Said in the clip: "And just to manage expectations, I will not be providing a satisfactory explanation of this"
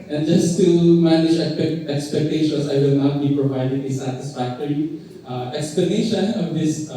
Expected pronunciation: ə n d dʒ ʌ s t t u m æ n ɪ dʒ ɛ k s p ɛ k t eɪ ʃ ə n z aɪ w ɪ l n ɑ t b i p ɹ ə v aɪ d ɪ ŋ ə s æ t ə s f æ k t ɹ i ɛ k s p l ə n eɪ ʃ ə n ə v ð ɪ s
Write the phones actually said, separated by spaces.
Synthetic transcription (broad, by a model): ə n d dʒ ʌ s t t u m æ n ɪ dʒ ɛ k s p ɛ k t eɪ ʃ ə n s aɪ w ɪ l n ɑ t b i p ɹ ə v aɪ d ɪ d ə s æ t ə s f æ k t ɹ i ɛ k s p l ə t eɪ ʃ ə n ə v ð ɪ s